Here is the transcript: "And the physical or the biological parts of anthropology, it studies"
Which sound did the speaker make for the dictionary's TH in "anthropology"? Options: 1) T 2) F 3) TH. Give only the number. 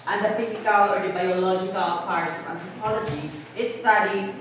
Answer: 1